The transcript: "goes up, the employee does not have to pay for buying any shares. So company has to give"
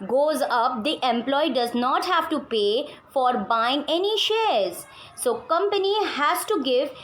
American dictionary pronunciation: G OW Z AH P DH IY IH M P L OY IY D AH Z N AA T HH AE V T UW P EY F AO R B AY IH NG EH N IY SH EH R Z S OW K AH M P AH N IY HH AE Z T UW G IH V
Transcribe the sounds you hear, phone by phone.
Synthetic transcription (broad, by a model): G OW Z AH P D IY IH M P L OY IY D AH Z N AA T HH AE V T UW P EY F AO R B AY IH NG EH N IY SH EH R Z S OW K AH M P AH N IY HH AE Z T UW G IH V